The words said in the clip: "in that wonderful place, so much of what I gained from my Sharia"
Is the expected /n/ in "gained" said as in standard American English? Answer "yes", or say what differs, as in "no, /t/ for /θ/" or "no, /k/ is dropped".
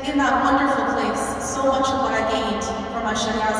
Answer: no, /n/ is dropped